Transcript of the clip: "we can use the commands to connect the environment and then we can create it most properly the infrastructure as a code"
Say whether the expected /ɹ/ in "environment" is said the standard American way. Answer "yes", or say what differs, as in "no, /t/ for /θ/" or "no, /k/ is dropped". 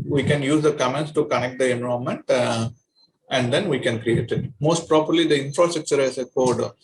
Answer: no, /ɹ/ is dropped